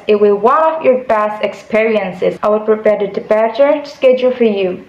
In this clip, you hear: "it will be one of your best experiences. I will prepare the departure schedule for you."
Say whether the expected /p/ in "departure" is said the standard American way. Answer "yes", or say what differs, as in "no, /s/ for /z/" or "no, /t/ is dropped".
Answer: no, /b/ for /p/